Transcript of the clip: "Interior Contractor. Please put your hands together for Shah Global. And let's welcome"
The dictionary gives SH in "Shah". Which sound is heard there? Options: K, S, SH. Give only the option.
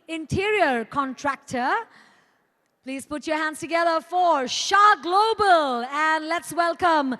SH